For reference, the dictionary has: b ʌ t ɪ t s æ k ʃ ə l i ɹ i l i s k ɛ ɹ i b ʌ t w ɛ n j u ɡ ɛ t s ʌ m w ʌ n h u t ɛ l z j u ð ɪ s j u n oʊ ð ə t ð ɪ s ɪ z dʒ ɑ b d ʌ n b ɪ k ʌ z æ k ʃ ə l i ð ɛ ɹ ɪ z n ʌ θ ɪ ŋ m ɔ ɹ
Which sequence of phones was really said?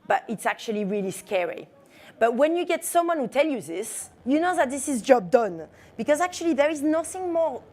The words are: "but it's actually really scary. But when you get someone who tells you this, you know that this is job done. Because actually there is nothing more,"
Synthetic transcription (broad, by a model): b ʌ t ɪ t s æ k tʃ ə l i ɹ i l i s k ɛ ɹ i b ʌ t w ɛ n j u ɡ ɛ t s ʌ m w ʌ n h u t ɛ l j u ð ɪ s j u n oʊ ð ə t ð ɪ s ɪ z dʒ ɑ b d ʌ n b ɪ k ʌ z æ k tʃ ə l i ð ɛ ɹ ɪ z n ʌ θ ɪ ŋ m ɔ ɹ